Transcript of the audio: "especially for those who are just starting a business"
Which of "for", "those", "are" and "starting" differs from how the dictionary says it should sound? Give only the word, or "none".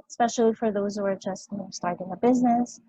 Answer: none